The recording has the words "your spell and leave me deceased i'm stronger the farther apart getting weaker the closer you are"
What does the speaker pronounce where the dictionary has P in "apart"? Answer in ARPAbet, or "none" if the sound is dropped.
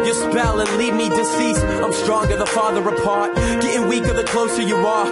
P